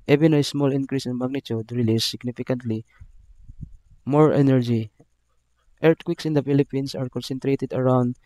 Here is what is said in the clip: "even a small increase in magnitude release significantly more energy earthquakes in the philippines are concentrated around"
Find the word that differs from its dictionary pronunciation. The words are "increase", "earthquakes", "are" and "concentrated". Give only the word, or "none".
earthquakes